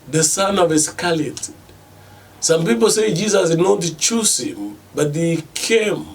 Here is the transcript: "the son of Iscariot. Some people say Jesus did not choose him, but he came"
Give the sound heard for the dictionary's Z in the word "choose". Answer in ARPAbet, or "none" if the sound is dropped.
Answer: S